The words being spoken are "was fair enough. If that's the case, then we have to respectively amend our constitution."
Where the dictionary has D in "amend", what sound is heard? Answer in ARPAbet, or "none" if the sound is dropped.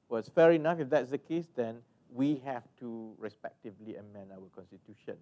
none